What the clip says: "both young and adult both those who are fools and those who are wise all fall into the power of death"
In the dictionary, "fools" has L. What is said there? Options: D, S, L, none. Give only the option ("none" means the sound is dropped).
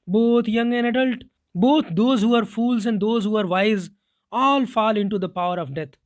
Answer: L